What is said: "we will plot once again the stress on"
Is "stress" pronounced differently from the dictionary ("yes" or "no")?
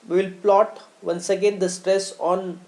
no